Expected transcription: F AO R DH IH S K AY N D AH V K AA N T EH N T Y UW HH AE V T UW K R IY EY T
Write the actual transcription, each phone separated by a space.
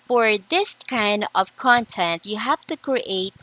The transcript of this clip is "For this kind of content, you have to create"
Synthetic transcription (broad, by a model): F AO R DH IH S K AY N D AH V K AA N T EH N T Y UW HH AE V T UW K R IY EY T